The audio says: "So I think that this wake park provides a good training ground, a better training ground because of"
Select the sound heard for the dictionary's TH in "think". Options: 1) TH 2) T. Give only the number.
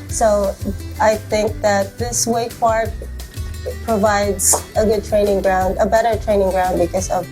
1